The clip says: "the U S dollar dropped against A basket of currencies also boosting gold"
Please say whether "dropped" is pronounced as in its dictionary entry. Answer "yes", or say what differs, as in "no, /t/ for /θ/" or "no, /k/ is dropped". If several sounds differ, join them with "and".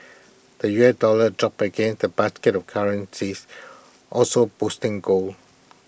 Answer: no, /t/ is dropped